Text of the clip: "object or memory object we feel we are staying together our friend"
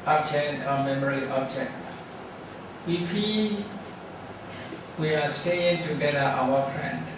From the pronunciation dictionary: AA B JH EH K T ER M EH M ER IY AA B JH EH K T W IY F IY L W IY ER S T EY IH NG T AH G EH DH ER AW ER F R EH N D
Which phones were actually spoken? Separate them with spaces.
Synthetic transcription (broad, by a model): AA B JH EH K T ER M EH M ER IY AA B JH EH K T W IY P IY W IY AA S T EY IH NG T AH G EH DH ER AW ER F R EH N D